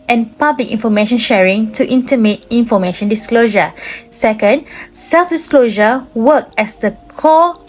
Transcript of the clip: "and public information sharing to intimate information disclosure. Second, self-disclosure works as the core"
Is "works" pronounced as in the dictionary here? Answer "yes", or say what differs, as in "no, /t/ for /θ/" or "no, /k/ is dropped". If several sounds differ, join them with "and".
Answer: no, /s/ is dropped